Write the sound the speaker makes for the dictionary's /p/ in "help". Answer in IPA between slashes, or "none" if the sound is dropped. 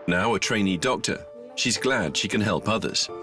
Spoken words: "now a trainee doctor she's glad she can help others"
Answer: /p/